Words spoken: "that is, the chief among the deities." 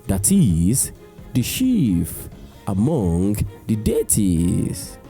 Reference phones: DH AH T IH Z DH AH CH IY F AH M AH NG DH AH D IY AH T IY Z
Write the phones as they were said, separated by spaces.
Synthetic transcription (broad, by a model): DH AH T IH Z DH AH SH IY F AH M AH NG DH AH D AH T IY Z